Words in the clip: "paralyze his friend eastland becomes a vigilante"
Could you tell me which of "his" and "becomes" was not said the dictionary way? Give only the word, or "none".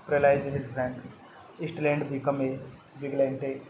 becomes